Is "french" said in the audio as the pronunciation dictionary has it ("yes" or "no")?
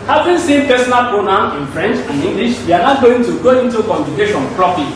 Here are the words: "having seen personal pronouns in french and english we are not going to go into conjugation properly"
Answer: yes